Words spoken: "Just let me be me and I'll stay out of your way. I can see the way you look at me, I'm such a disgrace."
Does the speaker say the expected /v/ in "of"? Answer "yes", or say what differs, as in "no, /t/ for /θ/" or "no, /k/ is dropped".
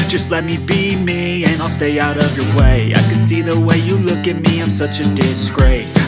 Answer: yes